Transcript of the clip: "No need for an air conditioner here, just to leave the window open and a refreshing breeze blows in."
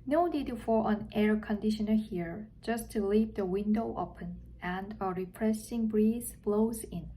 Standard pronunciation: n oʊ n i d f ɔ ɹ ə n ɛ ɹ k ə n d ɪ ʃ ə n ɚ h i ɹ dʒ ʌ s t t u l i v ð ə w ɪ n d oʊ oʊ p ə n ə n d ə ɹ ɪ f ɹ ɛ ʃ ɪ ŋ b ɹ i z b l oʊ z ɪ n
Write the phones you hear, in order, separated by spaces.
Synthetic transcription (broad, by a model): n oʊ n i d f ɔ ɹ ə n ɛ ɹ k ə n d ɪ ʃ ə n ɚ h i ɹ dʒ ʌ s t t u l i p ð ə w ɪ n d oʊ oʊ p ə n ə n d ə ɹ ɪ p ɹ ɛ s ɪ ŋ b ɹ i z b l oʊ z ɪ n